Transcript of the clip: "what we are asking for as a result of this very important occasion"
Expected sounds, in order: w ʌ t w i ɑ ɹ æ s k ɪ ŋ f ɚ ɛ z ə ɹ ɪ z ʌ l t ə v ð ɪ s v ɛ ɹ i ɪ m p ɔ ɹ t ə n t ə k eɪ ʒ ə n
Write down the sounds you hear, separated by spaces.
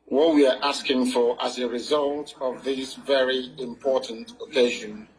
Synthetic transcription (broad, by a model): w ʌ t w i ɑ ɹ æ s k ɪ ŋ f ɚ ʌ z ə ɹ ɪ z ʌ l t ə v ð ɪ s v ɛ ɹ i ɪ m p ɔ ɹ t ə n t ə k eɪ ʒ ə n